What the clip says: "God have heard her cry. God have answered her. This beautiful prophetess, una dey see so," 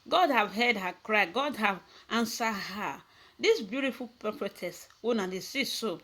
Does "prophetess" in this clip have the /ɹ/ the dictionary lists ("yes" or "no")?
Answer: no